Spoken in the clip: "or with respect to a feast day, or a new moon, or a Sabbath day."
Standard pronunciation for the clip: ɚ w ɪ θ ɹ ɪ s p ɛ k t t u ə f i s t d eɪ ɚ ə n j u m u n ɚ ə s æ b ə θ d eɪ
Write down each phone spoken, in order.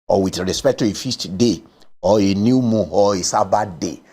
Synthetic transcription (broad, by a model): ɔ w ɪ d ɹ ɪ s p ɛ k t t u ə f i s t d eɪ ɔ ə n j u m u ɔ ə s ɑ b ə d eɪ